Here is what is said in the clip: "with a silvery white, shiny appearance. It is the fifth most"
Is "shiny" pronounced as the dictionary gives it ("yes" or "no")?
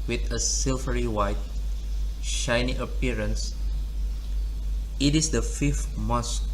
yes